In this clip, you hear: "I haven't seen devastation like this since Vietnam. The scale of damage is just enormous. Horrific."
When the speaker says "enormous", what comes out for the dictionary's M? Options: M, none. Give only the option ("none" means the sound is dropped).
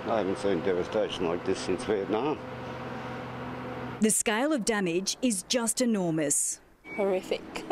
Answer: M